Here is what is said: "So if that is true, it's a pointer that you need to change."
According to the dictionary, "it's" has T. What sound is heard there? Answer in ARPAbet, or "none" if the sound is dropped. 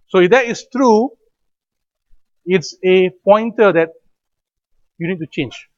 T